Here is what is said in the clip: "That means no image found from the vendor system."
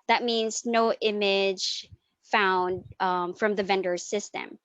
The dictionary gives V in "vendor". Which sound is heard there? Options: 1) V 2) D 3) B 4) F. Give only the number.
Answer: 1